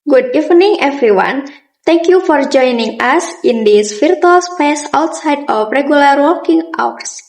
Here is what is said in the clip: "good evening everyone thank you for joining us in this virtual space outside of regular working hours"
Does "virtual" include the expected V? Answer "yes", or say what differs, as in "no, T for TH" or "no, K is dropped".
no, F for V